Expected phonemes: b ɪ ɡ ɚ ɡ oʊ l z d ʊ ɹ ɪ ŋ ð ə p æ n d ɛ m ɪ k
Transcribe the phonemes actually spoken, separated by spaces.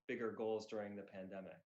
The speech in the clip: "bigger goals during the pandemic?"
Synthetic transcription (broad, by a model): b ɪ ɡ ɚ ɡ oʊ l z d ʊ ɹ ɪ ŋ ð ə p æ n d ɛ m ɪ k